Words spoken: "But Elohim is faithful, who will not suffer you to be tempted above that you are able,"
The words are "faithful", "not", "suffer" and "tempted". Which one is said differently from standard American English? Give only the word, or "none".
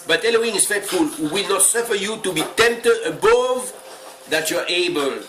faithful